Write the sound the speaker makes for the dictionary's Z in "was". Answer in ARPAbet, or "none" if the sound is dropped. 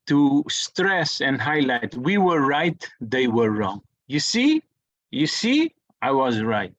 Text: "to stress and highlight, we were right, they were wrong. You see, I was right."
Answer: Z